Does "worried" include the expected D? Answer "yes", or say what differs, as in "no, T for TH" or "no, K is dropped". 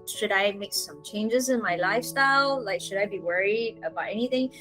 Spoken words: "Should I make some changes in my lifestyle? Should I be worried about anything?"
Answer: yes